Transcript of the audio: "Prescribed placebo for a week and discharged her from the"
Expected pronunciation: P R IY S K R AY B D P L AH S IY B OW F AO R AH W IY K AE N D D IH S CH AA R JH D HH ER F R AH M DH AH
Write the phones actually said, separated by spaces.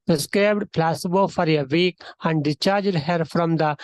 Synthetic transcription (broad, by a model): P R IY S K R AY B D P L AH S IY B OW F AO R AH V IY K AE N D D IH CH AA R JH D HH ER F R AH M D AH